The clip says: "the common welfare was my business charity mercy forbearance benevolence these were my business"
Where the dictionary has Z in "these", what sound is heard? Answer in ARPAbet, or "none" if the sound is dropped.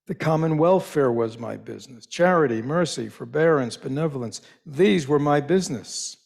Z